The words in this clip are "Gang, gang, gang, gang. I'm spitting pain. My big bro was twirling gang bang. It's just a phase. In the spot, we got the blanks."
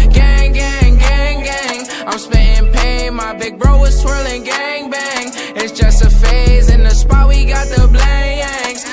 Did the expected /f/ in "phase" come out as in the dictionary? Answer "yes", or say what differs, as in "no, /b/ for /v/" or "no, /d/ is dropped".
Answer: yes